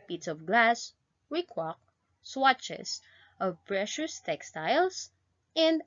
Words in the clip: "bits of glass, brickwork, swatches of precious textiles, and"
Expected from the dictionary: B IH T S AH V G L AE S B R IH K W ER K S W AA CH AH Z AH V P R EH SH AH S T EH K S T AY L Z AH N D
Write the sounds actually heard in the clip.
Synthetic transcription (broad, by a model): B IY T S AH V G L AE S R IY K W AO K S W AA CH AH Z AH V P R EH SH AH S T EH K S T AY L S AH N D